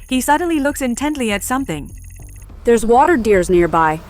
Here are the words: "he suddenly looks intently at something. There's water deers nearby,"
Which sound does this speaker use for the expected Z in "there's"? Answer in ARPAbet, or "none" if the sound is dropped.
Z